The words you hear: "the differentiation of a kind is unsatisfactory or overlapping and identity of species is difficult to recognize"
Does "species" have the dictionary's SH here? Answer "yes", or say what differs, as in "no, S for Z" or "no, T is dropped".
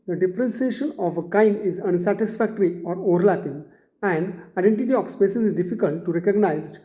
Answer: no, S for SH